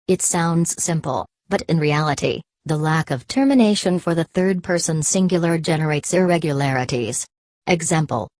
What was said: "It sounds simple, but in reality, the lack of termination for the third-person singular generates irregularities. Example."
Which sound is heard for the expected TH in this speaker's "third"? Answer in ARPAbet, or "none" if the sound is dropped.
TH